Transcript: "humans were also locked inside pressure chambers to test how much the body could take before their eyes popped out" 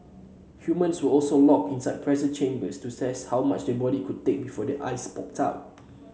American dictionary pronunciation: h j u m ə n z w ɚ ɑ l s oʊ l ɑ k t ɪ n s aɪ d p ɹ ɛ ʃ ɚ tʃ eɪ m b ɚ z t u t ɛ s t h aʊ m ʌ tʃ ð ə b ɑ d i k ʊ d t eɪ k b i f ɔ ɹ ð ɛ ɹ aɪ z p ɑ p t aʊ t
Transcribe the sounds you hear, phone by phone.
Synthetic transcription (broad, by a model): h j u m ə n s w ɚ ɑ l s oʊ l ɑ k ɪ n s aɪ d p ɹ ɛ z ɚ tʃ eɪ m b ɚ s t u s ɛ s h aʊ m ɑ tʃ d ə b ɑ d i k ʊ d t eɪ k b i f ɔ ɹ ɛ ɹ aɪ s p ɑ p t aʊ t